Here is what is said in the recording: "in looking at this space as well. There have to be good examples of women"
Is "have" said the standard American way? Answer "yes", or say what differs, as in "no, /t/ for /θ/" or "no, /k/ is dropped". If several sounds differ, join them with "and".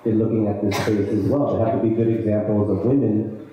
no, /f/ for /v/